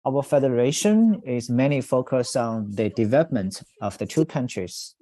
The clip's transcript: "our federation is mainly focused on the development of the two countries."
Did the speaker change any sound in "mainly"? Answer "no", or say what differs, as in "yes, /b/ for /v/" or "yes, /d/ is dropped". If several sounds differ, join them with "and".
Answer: yes, /l/ is dropped